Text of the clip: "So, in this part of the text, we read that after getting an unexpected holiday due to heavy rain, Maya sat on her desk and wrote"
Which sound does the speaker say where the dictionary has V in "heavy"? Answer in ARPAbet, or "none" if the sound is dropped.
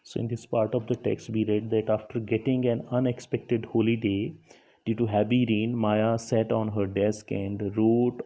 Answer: B